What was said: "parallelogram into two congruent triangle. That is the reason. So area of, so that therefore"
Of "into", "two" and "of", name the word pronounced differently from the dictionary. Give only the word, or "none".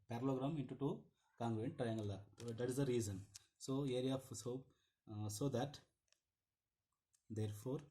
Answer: of